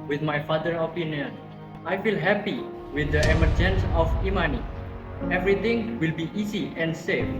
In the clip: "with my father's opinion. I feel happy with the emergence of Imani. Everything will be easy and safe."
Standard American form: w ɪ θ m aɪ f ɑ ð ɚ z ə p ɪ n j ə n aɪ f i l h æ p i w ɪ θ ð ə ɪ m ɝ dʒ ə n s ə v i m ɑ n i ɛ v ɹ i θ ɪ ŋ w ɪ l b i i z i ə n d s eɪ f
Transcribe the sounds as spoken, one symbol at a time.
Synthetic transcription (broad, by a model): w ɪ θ m aɪ f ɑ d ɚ ə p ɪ n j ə n aɪ f i l h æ p i w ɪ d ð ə ɪ m ɝ dʒ ə n s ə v i m ɑ n i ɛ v ɹ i t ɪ ŋ w ɪ l b i i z i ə n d s eɪ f